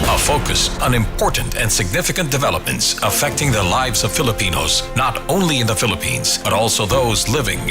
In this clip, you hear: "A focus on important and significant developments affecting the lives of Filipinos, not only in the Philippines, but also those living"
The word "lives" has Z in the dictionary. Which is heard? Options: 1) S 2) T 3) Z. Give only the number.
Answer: 3